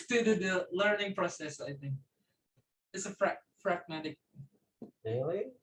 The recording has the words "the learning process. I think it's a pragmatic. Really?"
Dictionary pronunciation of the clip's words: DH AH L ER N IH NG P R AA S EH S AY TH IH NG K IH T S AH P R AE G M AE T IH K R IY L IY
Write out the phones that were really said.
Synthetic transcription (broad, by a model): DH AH L ER N IH NG P R AA S EH S AY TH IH NG K IH T S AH F R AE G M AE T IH K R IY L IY